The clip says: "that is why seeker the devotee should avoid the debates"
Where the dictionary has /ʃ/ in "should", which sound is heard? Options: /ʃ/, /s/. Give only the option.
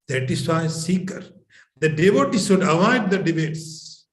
/s/